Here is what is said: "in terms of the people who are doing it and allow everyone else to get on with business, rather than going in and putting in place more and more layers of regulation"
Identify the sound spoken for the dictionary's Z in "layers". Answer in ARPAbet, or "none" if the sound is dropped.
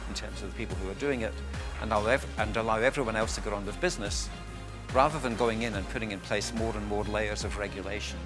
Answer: Z